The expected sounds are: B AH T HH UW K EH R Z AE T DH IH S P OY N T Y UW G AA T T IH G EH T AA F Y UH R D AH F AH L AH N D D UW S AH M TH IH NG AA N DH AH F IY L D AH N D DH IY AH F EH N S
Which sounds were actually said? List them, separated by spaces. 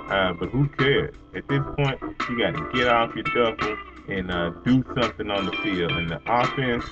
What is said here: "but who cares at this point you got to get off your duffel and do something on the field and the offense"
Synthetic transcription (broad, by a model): B AH T HH UW K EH R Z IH T DH IH S P OY N T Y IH G AA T T IH G EH T AA F Y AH R D AH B L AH N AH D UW S AH M TH IH NG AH N DH AH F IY L AH N DH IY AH F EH N S